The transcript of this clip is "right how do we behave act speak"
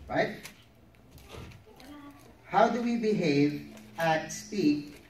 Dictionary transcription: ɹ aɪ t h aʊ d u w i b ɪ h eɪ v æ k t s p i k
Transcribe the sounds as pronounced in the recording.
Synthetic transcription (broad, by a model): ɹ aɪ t h aʊ d u w i b ɪ h eɪ v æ t s p i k